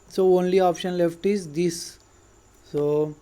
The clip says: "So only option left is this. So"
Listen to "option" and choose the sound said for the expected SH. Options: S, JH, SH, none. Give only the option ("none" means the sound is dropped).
SH